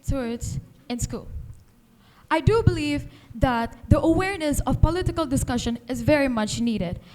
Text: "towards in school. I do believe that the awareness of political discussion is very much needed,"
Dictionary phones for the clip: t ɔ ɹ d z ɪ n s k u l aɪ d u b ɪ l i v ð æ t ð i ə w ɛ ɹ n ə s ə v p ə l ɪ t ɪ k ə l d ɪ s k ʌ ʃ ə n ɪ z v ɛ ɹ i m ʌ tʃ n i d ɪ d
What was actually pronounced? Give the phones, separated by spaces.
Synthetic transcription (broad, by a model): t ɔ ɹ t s ɪ n s k u l aɪ d u b ɪ l i v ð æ t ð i ə w ɛ ɹ n ə s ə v p ə l ɪ t ɪ k ə l d ɪ s k ʌ ʃ ə n ɪ z v ɛ ɹ i m ʌ tʃ n i d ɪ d